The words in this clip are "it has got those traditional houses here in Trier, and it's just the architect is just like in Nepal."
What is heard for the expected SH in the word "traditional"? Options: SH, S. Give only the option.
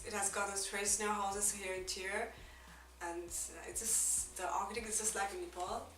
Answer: S